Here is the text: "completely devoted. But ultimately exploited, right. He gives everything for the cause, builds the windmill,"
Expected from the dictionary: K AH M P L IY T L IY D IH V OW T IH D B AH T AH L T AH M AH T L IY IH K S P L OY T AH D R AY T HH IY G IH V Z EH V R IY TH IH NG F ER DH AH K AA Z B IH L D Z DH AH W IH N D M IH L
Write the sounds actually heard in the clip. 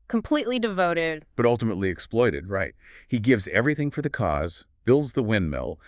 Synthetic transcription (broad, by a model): K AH M P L IY T L IY D IH V OW T IH D B AH T AH L T AH M AH T L IY IH K S P L OY T AH D R AY T HH IY G IH V Z EH V R IY TH IH NG F ER DH AH K AA Z B IH L D Z DH AH W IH N M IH L